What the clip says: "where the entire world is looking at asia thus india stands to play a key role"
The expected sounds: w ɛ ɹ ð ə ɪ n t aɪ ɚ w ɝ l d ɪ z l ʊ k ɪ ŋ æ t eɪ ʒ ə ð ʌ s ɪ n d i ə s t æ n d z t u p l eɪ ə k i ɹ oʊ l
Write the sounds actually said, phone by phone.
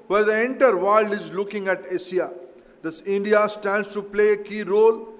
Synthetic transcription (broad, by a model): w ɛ ɹ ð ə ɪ n t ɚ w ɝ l d ɪ z l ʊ k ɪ ŋ æ t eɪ s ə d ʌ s ɪ n d i ə s t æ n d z t u p l eɪ ə k i ɹ oʊ l